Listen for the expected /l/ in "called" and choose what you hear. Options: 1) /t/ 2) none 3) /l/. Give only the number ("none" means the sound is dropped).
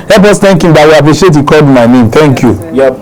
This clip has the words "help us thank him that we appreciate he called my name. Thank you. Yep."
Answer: 2